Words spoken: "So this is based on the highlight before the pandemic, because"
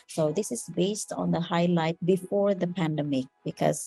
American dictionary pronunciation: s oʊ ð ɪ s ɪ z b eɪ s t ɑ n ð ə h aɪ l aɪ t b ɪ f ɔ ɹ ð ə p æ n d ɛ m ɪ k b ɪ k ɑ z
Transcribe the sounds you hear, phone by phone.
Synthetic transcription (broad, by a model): s oʊ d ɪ s ɪ z b eɪ s t ɑ n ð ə h aɪ l aɪ t b ɪ f ɔ ɹ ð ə p æ n d ɛ m ɪ k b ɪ k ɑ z